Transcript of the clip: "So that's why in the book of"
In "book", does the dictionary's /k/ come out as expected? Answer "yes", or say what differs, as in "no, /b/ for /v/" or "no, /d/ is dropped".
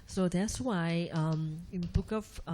yes